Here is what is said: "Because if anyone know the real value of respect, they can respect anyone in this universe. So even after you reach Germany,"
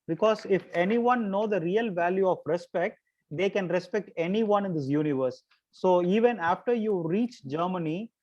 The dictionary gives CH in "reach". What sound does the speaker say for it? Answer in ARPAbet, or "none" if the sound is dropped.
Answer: CH